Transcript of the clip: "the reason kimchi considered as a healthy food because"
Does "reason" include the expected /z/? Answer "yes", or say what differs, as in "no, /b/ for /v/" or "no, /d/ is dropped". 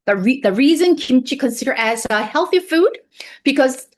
yes